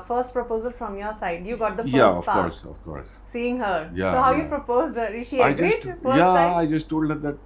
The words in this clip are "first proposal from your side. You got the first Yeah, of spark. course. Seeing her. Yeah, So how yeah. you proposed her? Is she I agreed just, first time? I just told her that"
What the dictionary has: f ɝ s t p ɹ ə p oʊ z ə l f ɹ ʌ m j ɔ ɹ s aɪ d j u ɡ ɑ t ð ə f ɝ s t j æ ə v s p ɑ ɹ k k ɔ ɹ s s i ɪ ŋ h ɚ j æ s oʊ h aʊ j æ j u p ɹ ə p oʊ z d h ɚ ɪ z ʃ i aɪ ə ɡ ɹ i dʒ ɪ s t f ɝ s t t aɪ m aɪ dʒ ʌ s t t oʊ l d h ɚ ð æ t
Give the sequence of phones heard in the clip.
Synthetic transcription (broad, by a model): f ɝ s t p ɹ ə p oʊ z ə l f ɹ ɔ m j ɔ ɹ s aɪ d j u ɡ ɑ t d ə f j æ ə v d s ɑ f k k ɔ ɹ s s i ɪ ŋ h ɚ j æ s oʊ h aʊ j j u p ɹ ə p oʊ z d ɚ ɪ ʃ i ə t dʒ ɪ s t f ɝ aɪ aɪ dʒ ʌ s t t oʊ l d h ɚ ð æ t